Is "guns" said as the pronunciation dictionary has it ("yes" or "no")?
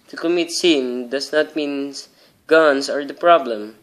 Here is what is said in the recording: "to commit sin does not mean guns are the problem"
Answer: no